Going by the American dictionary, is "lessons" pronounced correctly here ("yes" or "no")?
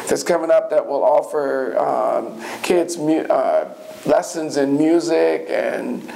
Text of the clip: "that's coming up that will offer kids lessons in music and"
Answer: yes